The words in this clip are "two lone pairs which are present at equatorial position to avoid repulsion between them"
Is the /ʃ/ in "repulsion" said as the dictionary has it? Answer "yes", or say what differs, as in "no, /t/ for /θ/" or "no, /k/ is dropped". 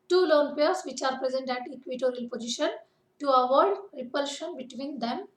yes